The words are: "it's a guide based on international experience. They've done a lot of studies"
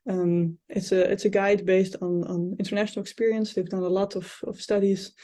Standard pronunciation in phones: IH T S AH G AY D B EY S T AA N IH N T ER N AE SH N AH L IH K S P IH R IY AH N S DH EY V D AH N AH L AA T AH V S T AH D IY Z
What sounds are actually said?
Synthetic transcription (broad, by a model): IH T S AH G AY D B EY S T AA N IH N T ER N AE SH N AH L IH K S P IH R IY AH N S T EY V D AH N AH L AA T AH F S T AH D IY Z